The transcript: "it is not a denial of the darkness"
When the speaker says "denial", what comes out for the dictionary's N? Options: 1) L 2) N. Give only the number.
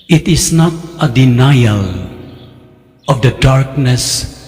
2